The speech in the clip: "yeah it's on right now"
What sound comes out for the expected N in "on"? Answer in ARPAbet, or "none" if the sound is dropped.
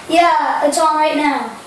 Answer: L